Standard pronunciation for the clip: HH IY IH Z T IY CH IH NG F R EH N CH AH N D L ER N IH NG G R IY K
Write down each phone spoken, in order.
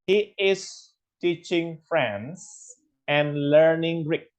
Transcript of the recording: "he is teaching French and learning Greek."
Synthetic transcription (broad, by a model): HH IY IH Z T IY CH IH NG F R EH N S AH N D L ER N IH NG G R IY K